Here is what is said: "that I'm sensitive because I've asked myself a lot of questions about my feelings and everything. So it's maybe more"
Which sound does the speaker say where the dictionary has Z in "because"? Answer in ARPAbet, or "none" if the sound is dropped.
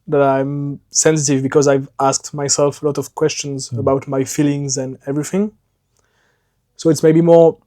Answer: Z